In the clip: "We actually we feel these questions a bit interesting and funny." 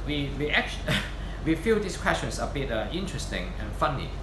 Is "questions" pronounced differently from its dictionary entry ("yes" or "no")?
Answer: yes